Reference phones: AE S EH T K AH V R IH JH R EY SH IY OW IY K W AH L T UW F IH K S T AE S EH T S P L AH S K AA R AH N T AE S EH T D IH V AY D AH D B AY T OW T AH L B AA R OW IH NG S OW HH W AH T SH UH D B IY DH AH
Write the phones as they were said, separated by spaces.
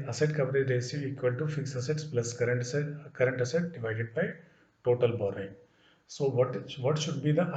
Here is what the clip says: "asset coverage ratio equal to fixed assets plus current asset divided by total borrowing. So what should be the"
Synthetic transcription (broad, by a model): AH S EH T K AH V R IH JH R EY S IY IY K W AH L T UW F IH K S AH S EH T S P L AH S K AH R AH N T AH S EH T D IH V AY D AH D B AY T OW T AH L B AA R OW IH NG S OW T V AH T SH UH D B IY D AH